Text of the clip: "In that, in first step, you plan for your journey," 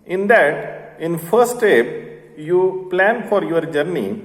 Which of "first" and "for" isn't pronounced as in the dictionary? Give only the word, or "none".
first